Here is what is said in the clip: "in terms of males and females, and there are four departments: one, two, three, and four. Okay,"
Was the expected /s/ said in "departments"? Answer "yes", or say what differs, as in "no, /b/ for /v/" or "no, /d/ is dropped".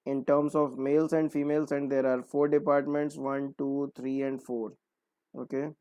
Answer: yes